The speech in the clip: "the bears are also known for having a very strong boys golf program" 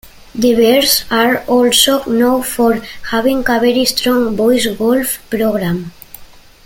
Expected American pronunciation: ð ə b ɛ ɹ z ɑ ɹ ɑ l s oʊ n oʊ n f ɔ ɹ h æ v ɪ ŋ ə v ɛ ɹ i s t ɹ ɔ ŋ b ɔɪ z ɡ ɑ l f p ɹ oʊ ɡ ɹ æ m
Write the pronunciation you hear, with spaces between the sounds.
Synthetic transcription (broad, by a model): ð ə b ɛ ɹ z ɑ ɹ ɑ l s oʊ n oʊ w f ɔ ɹ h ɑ b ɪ ŋ ə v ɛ ɹ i s t ɹ ɔ ŋ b ɔɪ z ɡ ɑ l f p ɹ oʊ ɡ ɹ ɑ m